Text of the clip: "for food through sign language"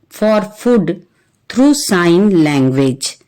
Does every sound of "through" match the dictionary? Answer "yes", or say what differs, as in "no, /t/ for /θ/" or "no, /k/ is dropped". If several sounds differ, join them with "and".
no, /t/ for /θ/